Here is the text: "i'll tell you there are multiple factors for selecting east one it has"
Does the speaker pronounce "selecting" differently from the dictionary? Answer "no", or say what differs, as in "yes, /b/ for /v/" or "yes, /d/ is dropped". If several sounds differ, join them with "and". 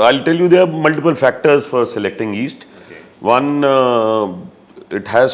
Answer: no